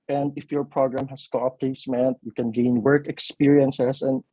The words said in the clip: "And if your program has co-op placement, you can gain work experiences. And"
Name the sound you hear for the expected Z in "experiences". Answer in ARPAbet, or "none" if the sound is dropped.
S